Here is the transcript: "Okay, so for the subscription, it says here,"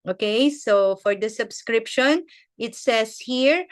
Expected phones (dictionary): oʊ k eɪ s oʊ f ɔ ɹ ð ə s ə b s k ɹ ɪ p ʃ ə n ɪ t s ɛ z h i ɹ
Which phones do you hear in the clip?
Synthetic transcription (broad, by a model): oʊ k eɪ s oʊ f ɔ ɹ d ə s ə b s k ɹ ɪ p ʃ ə n ɪ t s ɛ s h i ɹ